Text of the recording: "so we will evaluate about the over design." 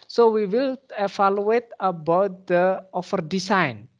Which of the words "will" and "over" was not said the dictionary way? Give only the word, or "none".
over